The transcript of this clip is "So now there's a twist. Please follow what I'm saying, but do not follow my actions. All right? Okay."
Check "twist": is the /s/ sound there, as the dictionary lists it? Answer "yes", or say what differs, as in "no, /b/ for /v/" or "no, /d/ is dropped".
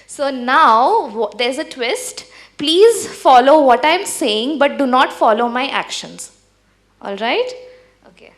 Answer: yes